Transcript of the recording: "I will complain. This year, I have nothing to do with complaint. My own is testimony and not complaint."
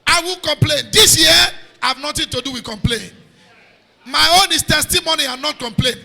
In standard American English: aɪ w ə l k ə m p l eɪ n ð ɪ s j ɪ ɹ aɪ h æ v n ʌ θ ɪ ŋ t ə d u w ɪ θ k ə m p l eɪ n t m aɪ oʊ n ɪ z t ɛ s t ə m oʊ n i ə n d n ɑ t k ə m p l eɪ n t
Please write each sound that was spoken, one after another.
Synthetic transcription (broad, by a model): aɪ w ə l k ə m p l eɪ n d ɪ s j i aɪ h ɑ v n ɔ t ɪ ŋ t ə d u w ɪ k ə m p l eɪ n m aɪ oʊ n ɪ s t ɛ s t ə m oʊ n i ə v n ɑ t k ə m p l eɪ n